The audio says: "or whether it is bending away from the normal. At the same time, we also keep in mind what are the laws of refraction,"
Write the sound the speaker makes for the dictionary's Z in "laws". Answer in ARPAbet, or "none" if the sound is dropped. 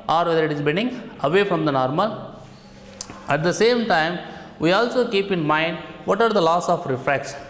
S